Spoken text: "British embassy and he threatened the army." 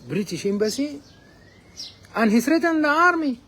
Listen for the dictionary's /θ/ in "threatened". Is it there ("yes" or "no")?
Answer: no